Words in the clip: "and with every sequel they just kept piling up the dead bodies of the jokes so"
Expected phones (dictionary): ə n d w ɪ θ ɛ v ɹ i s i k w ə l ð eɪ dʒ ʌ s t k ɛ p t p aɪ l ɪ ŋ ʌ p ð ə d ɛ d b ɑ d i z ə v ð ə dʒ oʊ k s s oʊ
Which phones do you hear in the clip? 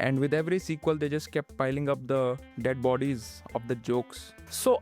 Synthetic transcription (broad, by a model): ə n d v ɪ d ɛ v ɹ i s i k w ə l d eɪ dʒ ʌ s t k ɛ p t p aɪ l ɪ ŋ ʌ p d ə d ɛ d b ɑ d i z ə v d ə dʒ oʊ k s s oʊ